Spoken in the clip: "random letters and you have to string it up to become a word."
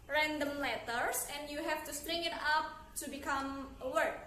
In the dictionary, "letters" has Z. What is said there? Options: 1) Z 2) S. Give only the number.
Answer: 2